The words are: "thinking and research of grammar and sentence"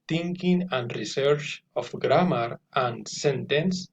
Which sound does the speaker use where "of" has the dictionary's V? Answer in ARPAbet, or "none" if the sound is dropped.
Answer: F